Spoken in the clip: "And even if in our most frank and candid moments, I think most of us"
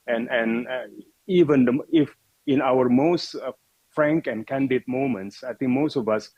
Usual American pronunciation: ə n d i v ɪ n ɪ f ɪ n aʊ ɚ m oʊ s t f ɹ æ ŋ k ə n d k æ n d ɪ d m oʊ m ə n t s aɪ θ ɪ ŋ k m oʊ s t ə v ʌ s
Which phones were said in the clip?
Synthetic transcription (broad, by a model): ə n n i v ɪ n ɪ f ɪ n aʊ ɚ m oʊ s t f ɹ æ ŋ k ə n d k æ n d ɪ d m oʊ m ə n t s aɪ t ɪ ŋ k m oʊ s t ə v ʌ s